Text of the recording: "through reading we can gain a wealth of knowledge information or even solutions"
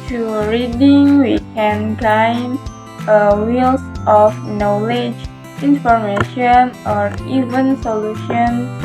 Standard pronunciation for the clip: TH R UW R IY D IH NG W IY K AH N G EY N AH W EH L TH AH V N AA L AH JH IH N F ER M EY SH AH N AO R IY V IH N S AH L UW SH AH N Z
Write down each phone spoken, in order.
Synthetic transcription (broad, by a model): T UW R IY D IH NG W IY K AH N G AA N AH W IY L S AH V N AA L AH JH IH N F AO M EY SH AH N AO R IY V IH N S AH L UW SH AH N